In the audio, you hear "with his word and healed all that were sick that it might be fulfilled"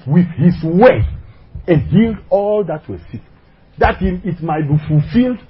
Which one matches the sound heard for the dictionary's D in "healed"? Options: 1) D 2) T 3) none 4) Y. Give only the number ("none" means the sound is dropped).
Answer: 1